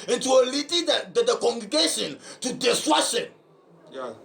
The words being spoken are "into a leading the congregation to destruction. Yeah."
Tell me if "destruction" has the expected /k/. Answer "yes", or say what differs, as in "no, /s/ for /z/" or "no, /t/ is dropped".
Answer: no, /k/ is dropped